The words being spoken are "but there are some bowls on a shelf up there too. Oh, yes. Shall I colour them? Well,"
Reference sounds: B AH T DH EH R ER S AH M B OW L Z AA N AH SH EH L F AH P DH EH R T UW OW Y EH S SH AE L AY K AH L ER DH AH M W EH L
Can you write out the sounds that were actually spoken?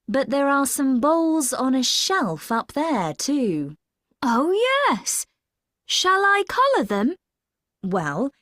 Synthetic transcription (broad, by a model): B AH T DH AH R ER S AH M B OW L Z N AH SH EH L F AH P DH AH R T UW OW Y EH S SH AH L AY K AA L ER DH AH M W EH L